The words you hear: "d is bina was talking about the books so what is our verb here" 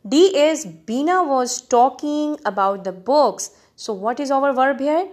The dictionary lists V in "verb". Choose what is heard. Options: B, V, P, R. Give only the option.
V